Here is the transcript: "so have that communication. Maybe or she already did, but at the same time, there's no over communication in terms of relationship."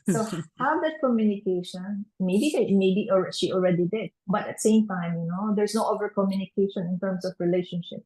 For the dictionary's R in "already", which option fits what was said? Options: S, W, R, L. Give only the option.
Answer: R